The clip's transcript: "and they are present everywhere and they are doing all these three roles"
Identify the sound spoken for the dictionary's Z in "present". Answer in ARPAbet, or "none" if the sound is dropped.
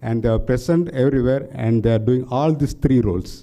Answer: S